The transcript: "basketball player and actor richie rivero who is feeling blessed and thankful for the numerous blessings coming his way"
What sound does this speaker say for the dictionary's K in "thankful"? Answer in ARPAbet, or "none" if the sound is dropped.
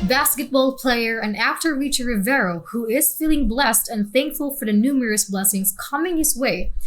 K